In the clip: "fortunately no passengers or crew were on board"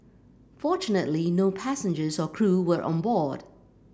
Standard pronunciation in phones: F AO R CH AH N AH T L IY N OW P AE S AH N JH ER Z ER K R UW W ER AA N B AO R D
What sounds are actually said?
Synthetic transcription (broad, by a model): F AO R CH AH N AH T L IY N OW P AE S AH N JH ER Z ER K R UW W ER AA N B AO R D